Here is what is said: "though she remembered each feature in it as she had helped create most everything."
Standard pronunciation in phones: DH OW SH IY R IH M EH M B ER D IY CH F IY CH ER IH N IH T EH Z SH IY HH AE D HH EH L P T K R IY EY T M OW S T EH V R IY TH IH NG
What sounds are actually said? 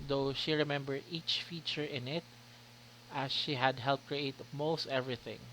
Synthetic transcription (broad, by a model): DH OW SH IY R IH M EH M B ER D IY CH F IY CH ER IH N IH T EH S SH IY HH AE D HH EH L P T K R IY EY T M OW S T EH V R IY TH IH NG